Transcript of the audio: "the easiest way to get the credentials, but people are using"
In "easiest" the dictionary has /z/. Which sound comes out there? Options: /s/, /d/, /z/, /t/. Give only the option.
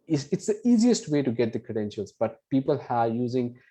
/z/